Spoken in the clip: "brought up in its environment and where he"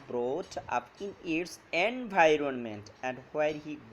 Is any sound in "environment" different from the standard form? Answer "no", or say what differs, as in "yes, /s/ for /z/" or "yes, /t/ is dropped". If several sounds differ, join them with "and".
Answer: no